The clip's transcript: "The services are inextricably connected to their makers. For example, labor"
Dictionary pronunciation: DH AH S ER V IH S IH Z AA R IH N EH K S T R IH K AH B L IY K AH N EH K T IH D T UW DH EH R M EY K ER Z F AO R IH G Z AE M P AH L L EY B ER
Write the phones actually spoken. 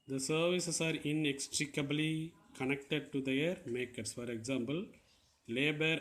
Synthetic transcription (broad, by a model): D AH S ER V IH S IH S AA R IH N EH K S T R IH K AH B L IY K AH N EH K T IH D T UW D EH R M EY K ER S F AO R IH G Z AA M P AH L L EY B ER